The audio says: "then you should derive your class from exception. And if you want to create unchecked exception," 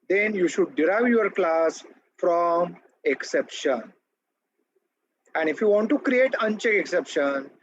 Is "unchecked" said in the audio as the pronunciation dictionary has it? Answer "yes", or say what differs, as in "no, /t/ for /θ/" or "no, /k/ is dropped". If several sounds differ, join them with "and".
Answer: no, /t/ is dropped